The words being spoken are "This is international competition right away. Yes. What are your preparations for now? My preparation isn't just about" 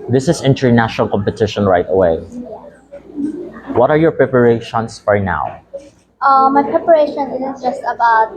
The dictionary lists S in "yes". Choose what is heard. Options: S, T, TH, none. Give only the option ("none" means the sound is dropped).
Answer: none